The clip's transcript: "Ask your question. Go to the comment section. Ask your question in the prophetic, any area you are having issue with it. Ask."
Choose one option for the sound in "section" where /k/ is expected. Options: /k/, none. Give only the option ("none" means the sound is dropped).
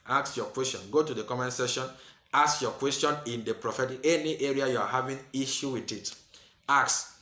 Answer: none